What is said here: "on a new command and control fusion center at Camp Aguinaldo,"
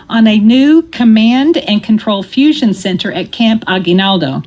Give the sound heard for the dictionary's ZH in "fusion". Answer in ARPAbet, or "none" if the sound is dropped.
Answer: ZH